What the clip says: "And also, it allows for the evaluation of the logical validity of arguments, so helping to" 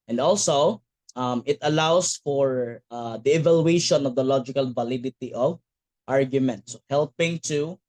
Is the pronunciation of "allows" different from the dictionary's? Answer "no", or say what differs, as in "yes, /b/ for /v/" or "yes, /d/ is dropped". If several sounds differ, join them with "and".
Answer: yes, /s/ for /z/